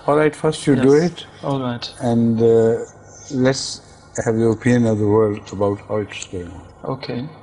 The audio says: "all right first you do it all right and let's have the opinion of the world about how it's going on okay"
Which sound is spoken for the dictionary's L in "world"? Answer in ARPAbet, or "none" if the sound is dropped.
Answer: L